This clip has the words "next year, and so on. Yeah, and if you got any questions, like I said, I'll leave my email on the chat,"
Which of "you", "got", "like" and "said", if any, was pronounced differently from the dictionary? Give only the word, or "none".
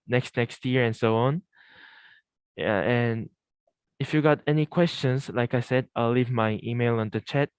none